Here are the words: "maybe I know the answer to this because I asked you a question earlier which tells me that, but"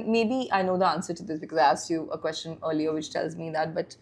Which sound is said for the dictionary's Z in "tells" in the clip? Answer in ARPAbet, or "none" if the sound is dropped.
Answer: Z